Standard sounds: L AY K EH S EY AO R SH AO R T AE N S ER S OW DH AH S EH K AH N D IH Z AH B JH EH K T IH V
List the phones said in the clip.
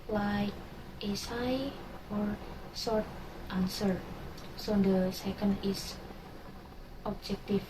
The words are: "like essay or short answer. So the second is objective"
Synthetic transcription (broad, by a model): L AY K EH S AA AO R S AO R T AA N S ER S OW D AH S EH K AH N D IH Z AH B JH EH K T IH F